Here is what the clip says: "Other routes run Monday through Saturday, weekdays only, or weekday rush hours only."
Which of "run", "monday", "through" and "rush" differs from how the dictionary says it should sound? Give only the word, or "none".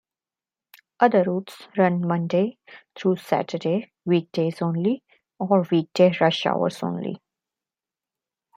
through